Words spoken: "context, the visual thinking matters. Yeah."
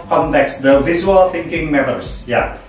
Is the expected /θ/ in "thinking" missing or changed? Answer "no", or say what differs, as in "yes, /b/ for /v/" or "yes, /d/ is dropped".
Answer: no